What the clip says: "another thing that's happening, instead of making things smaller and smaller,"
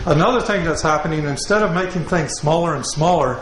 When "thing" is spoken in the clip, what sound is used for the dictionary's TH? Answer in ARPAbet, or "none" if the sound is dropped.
TH